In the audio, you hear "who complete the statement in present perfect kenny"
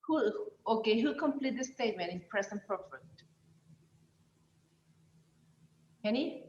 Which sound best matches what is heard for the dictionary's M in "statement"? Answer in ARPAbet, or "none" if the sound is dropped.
M